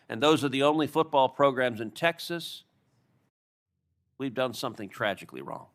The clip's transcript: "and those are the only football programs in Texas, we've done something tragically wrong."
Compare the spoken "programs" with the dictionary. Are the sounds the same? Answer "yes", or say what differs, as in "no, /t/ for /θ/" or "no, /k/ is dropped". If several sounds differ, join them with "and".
yes